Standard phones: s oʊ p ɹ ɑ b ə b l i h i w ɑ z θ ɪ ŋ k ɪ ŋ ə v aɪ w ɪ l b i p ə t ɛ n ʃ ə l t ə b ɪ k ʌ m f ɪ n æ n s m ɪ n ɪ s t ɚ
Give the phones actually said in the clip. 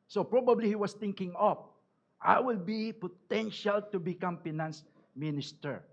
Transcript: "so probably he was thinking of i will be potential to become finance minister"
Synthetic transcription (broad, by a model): s oʊ p ɹ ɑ b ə b l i h i w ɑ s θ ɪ ŋ k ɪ ŋ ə p aɪ w ɪ l b i p ə t ɛ n ʃ ə l t ə b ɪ k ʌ m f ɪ n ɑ n s m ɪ n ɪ s t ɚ